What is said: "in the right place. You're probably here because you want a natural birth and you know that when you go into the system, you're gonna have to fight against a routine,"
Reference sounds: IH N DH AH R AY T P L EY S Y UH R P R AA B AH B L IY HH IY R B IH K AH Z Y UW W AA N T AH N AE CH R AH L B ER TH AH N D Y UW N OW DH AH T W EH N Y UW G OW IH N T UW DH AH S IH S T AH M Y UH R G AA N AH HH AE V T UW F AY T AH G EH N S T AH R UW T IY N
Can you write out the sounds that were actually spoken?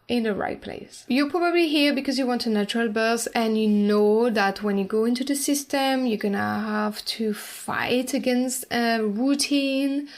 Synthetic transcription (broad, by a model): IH N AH R AY T P L EY S Y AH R P R AA B AH B L IY HH IY R B IH K AH Z Y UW W AA N T AH N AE CH R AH L B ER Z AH N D Y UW N OW DH AH T W EH N Y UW G OW IH N T UW DH AH S IH S T AH M Y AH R G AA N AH HH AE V T UW F AY T AH G EH N S T AH R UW T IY N